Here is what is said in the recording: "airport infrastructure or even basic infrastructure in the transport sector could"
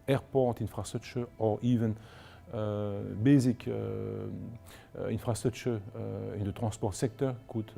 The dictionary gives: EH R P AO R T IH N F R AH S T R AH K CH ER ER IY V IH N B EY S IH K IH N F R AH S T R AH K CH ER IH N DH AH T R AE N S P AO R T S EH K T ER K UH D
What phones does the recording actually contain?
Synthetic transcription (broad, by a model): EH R P AO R T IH N F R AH S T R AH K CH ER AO IY V IH N B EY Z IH K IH N F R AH S T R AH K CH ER IH N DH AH T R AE S P AO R T S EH K T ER K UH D